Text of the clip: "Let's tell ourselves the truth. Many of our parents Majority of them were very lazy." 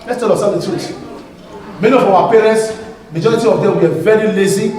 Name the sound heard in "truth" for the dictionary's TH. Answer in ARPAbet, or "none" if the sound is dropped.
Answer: S